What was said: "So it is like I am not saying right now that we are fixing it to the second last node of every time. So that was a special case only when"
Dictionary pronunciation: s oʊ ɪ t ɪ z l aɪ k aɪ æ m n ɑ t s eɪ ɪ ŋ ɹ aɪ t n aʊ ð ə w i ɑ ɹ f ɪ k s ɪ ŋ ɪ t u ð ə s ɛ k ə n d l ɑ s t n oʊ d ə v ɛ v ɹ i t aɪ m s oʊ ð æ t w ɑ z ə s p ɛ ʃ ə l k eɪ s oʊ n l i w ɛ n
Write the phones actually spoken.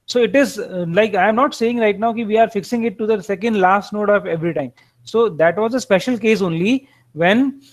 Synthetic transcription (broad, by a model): s oʊ ɪ t ɪ z l aɪ k aɪ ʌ m n ɑ t s eɪ ɪ ŋ ɹ aɪ t n aʊ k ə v i ɑ ɹ f ɪ k s ɪ ŋ ɪ t u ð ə s ɛ k ə n d l ɑ s t n oʊ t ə p ɛ v ɹ i t aɪ m s oʊ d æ t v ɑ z ə s p ɛ ʃ ə l k eɪ s oʊ n l i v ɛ n